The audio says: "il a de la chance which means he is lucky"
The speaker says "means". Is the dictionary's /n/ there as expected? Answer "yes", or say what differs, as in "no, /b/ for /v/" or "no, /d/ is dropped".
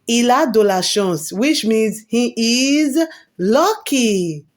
yes